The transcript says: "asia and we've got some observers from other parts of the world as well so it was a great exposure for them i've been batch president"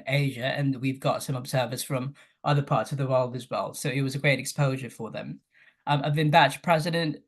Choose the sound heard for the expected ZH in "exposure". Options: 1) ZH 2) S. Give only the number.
1